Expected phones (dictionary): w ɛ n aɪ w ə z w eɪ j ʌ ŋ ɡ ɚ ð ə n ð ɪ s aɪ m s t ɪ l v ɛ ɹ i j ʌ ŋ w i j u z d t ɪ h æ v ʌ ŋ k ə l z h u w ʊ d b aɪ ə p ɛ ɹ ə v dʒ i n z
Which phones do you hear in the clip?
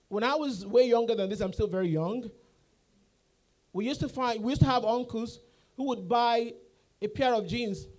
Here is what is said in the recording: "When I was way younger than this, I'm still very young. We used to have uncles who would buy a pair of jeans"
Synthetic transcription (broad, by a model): w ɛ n aɪ w ə z w eɪ j ʌ ŋ ɡ ɚ ð ə n ð ɪ s aɪ m s t ɪ l v ɛ ɹ i j ʌ ŋ w i j u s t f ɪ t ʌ v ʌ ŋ k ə l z h u w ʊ d b aɪ ə p ɛ ɹ ə v dʒ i n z